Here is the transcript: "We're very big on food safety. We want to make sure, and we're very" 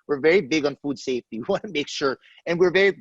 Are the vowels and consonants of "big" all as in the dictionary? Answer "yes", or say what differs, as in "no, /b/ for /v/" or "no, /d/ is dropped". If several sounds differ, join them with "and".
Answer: yes